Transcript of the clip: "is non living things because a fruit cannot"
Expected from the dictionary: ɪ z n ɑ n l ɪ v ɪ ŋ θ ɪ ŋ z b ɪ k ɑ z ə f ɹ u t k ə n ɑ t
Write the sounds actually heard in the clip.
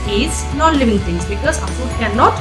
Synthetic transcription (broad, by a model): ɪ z n ɑ n l ɪ v ɪ ŋ t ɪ ŋ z b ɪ k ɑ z ə f u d k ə n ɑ t